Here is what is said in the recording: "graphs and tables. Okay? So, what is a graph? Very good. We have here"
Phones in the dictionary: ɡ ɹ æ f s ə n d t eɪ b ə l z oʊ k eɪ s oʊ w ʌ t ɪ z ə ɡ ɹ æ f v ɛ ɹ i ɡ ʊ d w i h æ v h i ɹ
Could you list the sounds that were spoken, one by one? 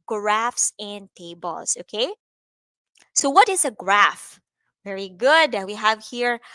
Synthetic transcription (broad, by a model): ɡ ɹ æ f s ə n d t eɪ b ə l s oʊ k eɪ s oʊ w ʌ t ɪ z ə ɡ ɹ æ f v ɛ ɹ i ɡ ʊ d w i h æ v h i ɹ